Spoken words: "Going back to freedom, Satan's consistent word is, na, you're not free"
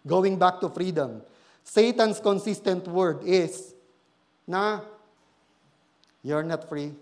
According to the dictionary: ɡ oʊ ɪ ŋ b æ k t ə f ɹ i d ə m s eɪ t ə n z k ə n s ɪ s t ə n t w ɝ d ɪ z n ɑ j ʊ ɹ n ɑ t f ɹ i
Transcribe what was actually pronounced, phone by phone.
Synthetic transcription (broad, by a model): ɡ oʊ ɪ ŋ b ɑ k t ə f ɹ i d ə m s eɪ t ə n s k ə n s ɪ s t ə n t w ɝ d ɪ s n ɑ j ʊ ɹ n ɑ t f ɹ i